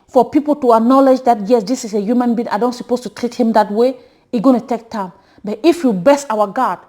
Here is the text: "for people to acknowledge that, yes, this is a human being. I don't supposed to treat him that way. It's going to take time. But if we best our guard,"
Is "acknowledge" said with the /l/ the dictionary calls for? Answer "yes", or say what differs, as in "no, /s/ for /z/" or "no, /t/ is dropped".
yes